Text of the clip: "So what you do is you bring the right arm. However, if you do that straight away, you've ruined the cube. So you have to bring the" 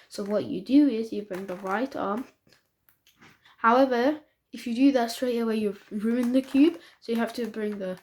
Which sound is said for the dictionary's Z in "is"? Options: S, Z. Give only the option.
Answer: Z